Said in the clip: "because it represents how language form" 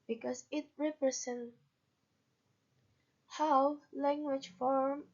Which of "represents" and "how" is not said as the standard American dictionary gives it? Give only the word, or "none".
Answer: represents